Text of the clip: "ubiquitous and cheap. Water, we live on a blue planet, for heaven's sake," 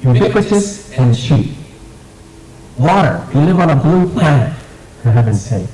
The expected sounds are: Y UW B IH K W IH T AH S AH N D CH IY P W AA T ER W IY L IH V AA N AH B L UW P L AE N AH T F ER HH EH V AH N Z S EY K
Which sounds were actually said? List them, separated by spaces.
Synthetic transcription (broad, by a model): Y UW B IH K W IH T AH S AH N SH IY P W AA T ER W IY L IH V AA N AH B L UW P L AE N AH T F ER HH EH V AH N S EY